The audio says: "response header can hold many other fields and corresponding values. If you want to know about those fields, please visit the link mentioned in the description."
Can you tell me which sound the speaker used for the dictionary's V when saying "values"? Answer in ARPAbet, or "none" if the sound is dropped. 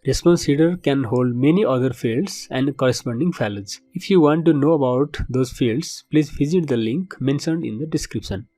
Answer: F